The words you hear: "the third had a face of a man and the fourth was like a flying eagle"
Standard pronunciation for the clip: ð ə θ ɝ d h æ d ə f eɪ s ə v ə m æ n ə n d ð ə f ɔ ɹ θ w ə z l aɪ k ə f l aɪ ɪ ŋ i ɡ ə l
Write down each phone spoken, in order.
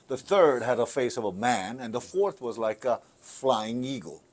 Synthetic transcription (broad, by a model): ð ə θ ɝ d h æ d ə f eɪ s ə v ə m æ n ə n ð ə f ɔ ɹ θ w ə z l aɪ k ə f l aɪ ɪ ŋ i ɡ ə l